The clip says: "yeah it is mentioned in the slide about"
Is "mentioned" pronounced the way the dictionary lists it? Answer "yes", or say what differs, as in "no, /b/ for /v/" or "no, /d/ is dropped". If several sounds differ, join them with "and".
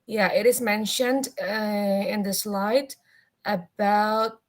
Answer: yes